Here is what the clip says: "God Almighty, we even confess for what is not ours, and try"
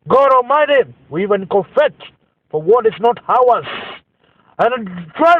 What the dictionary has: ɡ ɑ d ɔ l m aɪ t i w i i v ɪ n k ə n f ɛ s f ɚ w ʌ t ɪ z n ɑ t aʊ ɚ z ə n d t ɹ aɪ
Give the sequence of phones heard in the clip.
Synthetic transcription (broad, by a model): ɡ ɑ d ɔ m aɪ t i w i i v ɪ n k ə f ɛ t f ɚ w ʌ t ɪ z n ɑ t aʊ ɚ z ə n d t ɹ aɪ